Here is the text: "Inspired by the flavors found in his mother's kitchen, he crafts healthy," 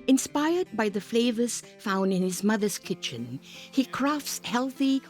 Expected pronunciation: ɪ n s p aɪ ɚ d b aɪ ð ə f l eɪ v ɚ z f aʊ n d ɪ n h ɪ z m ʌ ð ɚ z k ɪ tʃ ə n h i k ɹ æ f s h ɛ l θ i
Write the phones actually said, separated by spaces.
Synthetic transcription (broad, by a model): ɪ n s p aɪ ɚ d b aɪ ð ə f l eɪ v ɚ z f aʊ n d ɪ n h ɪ z m ʌ ð ɚ z k ɪ tʃ ə n h i k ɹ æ f s h ɛ l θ i